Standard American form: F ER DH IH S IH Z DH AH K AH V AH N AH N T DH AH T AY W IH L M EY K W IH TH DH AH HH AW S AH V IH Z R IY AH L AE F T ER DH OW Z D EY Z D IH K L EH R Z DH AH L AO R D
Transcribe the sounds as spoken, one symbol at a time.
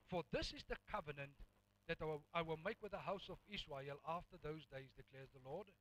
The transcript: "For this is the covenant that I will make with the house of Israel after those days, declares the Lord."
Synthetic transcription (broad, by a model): F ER DH IH S IH Z DH AH K AH V AH N AH N T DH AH T AY W IH L M EY K W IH DH AH HH AW S AH V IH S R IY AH L AE F T ER DH OW Z D EY Z D IH K L EH R Z DH AH L AO R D